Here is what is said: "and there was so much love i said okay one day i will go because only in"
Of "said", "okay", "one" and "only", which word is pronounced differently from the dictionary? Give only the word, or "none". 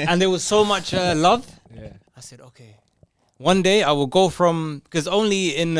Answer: none